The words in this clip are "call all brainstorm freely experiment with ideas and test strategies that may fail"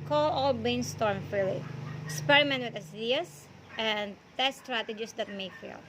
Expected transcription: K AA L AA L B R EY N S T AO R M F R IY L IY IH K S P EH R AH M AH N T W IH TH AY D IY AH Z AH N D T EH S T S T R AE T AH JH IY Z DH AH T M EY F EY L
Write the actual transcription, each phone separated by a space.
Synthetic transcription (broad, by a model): K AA L AA L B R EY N S T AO R M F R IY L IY IH K S P EH R AH M AH N T W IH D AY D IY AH S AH N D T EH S S T R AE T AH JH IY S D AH T M EY F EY L